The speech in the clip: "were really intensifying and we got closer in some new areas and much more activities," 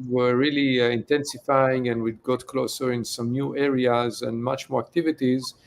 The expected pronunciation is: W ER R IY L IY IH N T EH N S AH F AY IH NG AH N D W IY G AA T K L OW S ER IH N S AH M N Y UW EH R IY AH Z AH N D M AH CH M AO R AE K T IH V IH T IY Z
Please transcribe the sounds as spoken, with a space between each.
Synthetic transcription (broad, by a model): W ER R IY L IY IH N T EH N S AH F AY IH NG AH N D W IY G AA T K L OW S ER IH N S AH M N Y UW EH R IY AH Z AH N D M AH CH M AO R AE K T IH V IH T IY Z